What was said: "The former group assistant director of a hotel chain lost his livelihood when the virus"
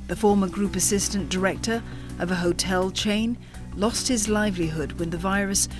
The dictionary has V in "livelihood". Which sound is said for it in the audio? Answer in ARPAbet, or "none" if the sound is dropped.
V